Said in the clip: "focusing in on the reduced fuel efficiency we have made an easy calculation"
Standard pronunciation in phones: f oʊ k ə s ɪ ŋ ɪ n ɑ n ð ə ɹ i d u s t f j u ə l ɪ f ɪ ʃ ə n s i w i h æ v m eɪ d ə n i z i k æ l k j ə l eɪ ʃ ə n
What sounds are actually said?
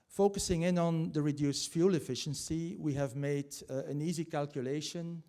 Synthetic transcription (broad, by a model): f oʊ k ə s ɪ ŋ ɪ n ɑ n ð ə ɹ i d u s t f j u l ɪ f ɪ ʃ ə n s i w i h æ v m eɪ d ə n i z i k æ l k j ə l eɪ ʃ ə n